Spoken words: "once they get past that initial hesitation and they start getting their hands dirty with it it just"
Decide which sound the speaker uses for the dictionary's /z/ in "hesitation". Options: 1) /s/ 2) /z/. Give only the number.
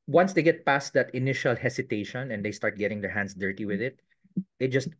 1